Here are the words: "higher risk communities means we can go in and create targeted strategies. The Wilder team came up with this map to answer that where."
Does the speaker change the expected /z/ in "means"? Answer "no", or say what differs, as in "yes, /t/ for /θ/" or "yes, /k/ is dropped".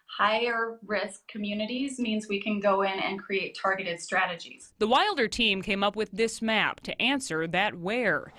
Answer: no